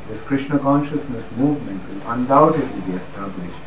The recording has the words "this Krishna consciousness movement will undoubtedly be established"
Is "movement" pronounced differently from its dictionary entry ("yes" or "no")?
no